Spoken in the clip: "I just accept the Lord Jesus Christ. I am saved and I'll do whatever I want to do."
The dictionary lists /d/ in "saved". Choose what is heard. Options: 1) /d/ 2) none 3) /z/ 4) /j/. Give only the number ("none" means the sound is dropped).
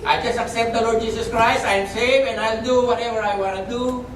2